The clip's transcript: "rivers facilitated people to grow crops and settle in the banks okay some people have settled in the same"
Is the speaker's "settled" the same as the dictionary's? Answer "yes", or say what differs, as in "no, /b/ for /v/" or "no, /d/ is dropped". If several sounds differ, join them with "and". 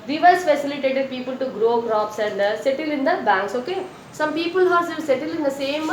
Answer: no, /d/ is dropped